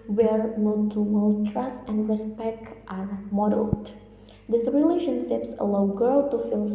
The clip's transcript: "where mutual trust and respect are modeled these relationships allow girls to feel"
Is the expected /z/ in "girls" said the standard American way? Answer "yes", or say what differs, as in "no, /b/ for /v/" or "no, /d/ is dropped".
no, /z/ is dropped